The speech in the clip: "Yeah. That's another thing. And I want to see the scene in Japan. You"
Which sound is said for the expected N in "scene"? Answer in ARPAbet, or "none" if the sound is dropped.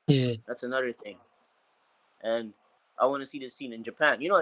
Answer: N